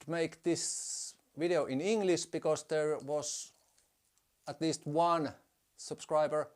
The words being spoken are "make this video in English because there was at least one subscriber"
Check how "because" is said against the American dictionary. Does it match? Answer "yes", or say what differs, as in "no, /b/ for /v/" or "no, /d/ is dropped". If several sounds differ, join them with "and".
no, /s/ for /z/